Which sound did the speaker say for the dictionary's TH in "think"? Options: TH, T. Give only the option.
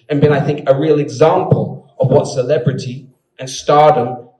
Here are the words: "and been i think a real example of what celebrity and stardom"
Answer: TH